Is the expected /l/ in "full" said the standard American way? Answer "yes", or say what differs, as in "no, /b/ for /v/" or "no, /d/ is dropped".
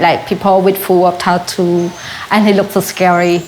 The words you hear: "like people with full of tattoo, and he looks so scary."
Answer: no, /w/ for /l/